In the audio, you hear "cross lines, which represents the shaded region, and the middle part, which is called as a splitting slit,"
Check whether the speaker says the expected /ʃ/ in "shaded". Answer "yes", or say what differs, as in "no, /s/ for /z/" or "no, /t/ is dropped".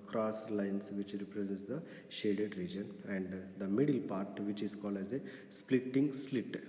yes